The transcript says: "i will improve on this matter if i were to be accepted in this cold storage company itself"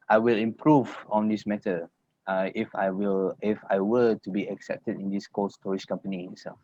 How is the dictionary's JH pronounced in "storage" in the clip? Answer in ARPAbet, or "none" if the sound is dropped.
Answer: SH